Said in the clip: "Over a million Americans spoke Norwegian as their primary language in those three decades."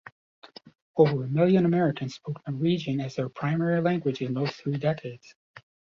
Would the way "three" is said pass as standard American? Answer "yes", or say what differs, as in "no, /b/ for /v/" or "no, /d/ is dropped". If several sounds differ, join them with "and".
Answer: yes